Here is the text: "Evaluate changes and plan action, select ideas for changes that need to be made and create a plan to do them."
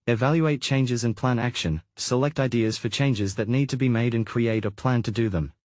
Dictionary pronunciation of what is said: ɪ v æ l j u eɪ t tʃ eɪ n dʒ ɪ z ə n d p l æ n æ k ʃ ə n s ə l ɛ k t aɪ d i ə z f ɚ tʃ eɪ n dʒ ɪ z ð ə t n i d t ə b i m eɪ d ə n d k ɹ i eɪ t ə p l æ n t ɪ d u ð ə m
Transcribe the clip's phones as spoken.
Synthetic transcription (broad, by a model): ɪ v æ l j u eɪ t tʃ eɪ n dʒ ɪ z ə n p l æ n æ k ʃ ə n s ə l ɛ k t aɪ d i ə z f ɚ tʃ eɪ n dʒ ɪ z ð ə t n i d t ə b i m eɪ d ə n k ɹ i eɪ t ə p l æ n t ɪ d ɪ ð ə m